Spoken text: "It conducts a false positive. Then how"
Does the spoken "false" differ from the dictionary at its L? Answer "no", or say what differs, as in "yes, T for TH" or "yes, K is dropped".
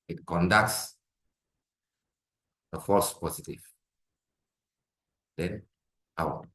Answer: yes, L is dropped